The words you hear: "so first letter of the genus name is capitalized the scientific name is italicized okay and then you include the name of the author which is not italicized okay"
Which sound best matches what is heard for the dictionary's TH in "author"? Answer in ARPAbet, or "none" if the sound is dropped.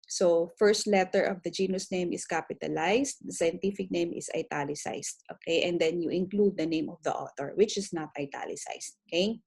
T